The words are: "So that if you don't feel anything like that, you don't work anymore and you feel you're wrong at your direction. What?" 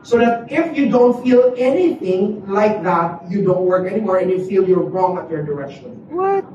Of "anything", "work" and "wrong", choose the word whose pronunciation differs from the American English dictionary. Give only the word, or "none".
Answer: none